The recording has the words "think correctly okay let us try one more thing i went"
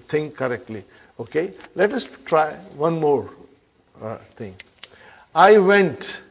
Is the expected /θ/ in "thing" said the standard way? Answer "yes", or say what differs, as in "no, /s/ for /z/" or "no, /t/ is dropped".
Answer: no, /t/ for /θ/